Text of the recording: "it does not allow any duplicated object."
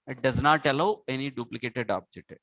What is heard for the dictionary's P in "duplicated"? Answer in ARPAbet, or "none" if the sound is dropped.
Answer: P